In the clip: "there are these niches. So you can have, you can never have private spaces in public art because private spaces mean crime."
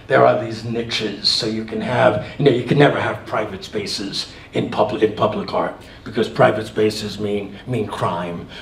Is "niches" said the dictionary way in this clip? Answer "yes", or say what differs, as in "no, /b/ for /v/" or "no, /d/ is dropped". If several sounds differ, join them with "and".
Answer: yes